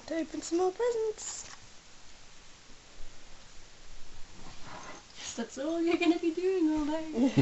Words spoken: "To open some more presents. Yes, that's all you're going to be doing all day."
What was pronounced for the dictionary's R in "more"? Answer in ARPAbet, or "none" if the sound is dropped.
L